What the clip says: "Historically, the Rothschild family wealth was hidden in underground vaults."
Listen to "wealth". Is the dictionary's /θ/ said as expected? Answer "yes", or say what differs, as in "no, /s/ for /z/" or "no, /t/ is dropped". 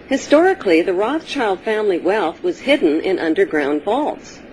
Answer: yes